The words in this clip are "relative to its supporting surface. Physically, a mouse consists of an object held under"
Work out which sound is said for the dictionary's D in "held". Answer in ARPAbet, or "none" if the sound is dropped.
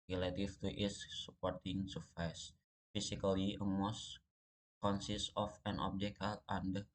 none